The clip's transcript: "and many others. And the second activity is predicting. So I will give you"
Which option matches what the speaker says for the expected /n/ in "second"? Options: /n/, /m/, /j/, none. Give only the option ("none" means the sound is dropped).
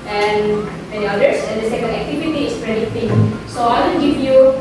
none